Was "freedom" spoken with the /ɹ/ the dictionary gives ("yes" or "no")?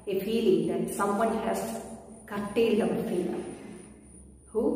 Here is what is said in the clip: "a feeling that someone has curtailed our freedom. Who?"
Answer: no